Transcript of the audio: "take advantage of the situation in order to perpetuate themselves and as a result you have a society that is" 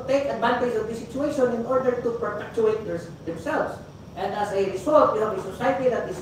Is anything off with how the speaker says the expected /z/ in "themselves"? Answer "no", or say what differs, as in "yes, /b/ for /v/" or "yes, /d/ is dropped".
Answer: yes, /s/ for /z/